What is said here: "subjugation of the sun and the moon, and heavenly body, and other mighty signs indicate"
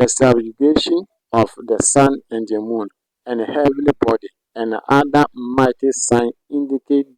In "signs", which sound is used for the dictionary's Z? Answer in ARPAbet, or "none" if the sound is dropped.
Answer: none